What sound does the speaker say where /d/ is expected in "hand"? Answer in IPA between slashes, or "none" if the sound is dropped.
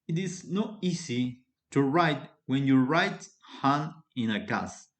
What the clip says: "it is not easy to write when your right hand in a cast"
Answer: none